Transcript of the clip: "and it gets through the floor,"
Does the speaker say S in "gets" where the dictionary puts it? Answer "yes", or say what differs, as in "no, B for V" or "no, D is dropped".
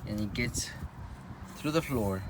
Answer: yes